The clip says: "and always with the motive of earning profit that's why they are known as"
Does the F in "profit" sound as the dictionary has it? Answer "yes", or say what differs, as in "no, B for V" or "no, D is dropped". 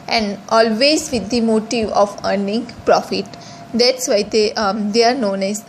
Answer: yes